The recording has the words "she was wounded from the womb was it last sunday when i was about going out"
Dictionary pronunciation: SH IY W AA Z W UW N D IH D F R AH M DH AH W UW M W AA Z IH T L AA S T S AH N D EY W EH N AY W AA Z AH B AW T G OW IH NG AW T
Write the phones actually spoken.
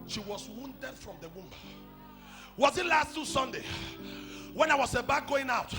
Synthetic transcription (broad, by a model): SH IY W AA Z W UW N D IH D F R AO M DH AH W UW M W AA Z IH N L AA S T S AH N D EY W EH N AY W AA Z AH B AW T G OW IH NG AW T